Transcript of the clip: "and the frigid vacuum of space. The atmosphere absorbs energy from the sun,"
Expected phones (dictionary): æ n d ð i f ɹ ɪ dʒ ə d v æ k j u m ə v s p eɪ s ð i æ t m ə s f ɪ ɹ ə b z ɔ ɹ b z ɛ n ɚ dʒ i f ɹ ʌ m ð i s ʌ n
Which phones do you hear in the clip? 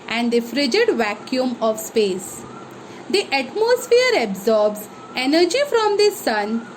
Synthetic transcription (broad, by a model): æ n d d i f ɹ ɪ dʒ ə d v æ k j u m ə v s p eɪ s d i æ t m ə s f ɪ ɹ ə b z ɔ ɹ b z ɛ n ɚ dʒ i f ɹ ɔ m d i s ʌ n